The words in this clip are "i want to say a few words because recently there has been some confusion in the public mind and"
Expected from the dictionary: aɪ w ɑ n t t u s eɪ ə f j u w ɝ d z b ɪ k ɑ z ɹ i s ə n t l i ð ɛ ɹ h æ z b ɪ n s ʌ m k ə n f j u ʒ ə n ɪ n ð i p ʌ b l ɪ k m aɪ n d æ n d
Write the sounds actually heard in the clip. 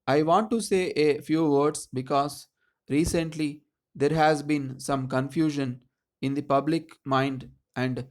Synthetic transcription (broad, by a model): aɪ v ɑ n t t u s eɪ ə f j u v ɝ d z b ɪ k ɑ z ɹ i s ə n t l i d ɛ ɹ h æ z b ɪ n s ʌ m k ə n f j u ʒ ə n ɪ n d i p ʌ b l ɪ k m aɪ n d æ n d